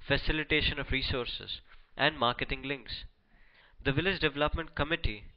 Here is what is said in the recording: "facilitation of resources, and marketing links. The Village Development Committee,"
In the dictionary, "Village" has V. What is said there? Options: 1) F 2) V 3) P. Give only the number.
2